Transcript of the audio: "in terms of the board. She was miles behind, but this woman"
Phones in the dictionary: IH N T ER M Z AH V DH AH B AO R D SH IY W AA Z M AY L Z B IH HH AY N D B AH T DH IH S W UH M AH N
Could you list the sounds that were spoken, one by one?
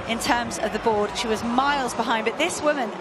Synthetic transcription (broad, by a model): IH N T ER M Z AH V DH AH B AO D SH IY W AA Z M AY L Z B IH HH AY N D B AH T DH IH S W UH M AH N